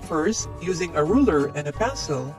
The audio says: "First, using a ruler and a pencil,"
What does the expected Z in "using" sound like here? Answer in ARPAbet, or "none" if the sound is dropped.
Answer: Z